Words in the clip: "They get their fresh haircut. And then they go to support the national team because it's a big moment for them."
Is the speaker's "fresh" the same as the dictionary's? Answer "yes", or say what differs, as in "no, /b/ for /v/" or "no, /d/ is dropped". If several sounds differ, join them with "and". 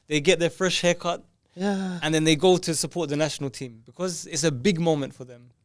yes